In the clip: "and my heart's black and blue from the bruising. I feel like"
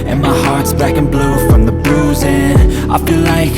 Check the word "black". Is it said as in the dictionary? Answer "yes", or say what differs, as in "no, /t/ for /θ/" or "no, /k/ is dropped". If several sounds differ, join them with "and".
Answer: no, /l/ is dropped